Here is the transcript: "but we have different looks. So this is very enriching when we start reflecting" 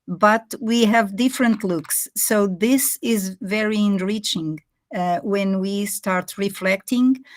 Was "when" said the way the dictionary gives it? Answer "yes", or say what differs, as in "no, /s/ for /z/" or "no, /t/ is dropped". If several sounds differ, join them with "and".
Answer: yes